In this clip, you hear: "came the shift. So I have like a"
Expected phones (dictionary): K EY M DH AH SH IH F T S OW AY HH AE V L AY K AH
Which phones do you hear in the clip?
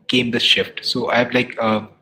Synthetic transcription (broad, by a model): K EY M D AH SH IH F T S OW AY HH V L AY K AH